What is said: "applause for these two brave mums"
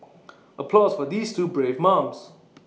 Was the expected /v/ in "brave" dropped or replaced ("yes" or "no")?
no